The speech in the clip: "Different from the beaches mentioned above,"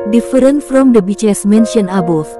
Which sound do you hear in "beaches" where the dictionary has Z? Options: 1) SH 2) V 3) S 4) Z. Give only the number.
3